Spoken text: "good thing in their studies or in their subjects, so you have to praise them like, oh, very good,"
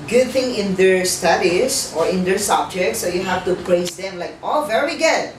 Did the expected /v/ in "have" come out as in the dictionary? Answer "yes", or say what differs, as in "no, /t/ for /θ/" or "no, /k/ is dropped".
no, /f/ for /v/